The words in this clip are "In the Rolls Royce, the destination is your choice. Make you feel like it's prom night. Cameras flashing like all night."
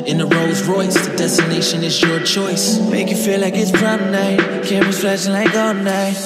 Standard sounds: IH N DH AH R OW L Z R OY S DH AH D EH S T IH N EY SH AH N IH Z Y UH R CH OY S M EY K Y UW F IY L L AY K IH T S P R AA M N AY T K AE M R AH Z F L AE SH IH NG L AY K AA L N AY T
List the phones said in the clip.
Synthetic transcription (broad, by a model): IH N DH AH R OW Z R OY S DH AH D EH S T IH N EY SH AH N IH Z Y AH R CH OY S M EY K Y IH F IY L L AY K IH T S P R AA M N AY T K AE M W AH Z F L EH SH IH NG L AY K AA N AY